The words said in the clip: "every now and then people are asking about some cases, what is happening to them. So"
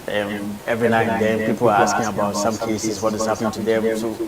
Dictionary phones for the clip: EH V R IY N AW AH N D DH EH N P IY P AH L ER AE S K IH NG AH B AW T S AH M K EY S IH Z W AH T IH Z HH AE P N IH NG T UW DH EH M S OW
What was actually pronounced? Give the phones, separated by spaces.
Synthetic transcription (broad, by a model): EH V R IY N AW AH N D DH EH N P IY P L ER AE S K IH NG AH B AW T S AH M K EY S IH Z W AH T IH Z HH AE P N IH NG T UW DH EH M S OW